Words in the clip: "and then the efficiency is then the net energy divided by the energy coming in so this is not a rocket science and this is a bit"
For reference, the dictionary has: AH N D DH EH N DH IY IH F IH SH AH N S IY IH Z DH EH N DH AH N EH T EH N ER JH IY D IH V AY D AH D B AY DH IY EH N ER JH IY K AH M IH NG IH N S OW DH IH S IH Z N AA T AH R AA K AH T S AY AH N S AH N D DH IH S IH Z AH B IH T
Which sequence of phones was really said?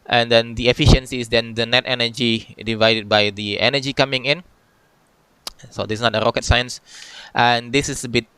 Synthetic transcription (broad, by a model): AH N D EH N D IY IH F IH SH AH N S IY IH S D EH N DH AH N EH T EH N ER JH IY D IH V AY D AH D B AY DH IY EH N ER JH IY K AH M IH NG IH N S OW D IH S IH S N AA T AH R AA K AH T S AY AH N S AH N D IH S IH S AH B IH T